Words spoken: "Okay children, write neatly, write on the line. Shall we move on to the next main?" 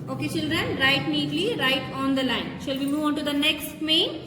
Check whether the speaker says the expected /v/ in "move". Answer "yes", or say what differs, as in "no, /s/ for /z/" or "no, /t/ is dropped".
yes